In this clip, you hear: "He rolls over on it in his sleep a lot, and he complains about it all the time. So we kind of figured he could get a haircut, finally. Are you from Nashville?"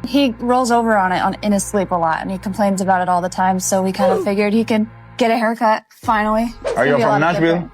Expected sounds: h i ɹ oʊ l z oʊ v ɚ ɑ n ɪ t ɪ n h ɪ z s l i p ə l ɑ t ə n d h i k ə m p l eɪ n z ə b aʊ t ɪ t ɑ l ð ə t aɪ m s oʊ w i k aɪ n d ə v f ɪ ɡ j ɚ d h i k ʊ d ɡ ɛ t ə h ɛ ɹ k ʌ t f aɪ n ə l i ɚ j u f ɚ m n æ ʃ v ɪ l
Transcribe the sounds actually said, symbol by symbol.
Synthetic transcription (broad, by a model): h i ɹ oʊ l z oʊ v ɚ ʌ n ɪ t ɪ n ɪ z s l i p ə l ɑ t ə n i k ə m p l eɪ n z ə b aʊ t ɪ t ɑ l ð ə t aɪ m s oʊ w i k aɪ n d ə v f ɪ ɡ j ɚ d h i k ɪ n ɡ ɛ t ə h ɛ ɹ k ʌ t f aɪ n l i ɚ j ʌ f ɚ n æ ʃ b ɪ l